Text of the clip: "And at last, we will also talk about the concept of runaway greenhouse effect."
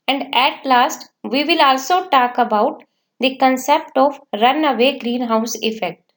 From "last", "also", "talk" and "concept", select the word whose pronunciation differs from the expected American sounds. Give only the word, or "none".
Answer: none